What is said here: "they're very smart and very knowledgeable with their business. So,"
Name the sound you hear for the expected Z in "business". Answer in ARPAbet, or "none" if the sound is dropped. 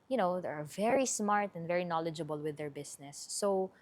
S